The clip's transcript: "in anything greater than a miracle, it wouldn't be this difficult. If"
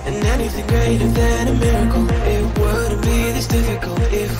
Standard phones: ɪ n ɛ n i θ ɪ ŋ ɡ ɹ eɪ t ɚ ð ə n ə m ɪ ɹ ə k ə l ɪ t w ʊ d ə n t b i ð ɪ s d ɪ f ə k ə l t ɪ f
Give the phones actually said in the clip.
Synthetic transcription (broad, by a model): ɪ n ɛ n i θ ɪ ŋ ɡ ɹ eɪ t ɚ ð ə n ə m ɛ ɹ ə k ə l ɪ t w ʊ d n b i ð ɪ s d ɪ f ə k ə l t ɪ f